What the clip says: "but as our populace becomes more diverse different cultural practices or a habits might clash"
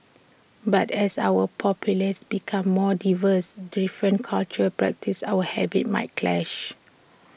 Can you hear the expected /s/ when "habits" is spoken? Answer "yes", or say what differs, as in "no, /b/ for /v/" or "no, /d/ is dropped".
no, /s/ is dropped